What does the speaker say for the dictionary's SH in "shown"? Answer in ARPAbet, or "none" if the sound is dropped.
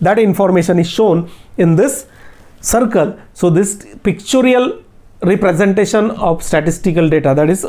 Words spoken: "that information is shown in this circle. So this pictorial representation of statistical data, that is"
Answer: SH